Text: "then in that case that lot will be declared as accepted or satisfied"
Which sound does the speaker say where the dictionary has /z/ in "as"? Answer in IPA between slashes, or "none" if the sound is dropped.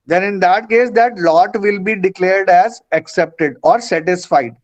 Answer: /z/